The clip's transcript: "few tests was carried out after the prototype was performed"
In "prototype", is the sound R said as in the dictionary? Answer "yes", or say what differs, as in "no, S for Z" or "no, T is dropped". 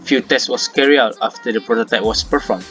yes